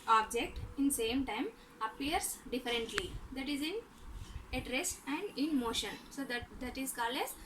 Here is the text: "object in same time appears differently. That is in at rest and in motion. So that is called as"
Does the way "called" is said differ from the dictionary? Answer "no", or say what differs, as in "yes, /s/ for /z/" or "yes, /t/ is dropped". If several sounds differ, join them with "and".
yes, /d/ is dropped